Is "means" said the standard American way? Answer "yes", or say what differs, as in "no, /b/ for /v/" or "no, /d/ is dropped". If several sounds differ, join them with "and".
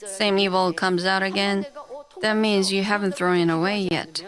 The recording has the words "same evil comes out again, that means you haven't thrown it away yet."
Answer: yes